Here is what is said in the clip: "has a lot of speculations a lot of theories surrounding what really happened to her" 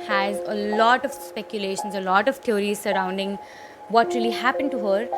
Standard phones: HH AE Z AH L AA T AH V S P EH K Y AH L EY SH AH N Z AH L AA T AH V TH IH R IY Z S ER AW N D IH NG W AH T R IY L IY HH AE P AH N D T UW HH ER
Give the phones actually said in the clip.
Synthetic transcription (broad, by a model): HH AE Z AH L AA T AH V S P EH K Y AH L EY SH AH N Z AH L AA T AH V T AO R IY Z S ER AW N D IH NG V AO T R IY L IY HH AE P AH N D T UW HH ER